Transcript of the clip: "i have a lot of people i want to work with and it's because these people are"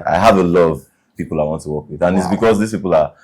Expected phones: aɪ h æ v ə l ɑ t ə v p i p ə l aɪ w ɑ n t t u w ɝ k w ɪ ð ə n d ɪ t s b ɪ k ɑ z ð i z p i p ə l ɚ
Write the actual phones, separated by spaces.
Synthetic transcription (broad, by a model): aɪ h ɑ v ə l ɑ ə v p i p ə l aɪ w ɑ n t t u w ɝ k w ɪ ð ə n ɪ t s b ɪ k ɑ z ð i s p i p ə l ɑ